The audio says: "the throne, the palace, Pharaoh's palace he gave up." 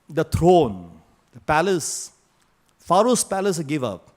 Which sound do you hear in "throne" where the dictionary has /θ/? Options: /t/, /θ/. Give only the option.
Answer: /t/